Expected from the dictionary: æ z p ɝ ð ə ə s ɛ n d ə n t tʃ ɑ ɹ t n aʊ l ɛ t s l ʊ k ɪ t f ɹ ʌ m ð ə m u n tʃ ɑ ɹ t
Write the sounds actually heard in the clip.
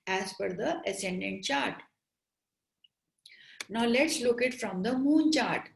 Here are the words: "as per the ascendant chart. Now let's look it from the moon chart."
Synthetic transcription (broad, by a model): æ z f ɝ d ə ə s ɛ n d ə n t tʃ ɑ ɹ t n aʊ l ɛ t s l ʊ k ɪ t f ɹ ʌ m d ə m u n tʃ ɑ ɹ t